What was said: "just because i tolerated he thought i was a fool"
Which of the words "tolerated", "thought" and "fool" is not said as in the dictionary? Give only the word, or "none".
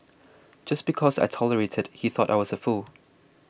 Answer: none